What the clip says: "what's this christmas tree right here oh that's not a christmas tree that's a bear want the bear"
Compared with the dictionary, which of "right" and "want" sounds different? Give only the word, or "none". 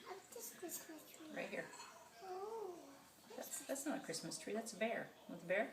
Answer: want